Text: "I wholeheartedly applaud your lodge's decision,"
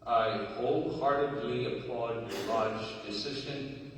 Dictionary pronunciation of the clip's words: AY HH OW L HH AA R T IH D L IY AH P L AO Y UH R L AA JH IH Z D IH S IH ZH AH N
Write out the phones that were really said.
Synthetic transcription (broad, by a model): AY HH OW L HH AA R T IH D L IY AH P L AO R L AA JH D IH S IH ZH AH N